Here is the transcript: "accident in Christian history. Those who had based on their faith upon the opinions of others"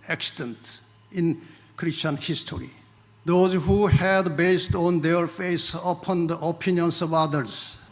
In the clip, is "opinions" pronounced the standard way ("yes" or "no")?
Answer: no